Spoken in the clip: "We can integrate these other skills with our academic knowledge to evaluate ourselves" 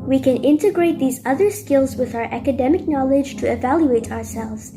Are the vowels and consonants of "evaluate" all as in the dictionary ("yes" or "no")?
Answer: yes